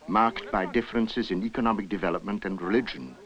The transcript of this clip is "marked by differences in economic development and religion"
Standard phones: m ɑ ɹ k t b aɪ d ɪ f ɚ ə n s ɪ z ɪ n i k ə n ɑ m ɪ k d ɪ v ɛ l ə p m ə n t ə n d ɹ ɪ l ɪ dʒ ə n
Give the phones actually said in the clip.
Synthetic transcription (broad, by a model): m ɑ ɹ k t b aɪ d ɪ f ɚ ə n s ɪ z ɪ n i k ə n ɑ m ɪ k d ɪ v ɛ l ə p m ə n t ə n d ɹ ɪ l ɪ dʒ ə n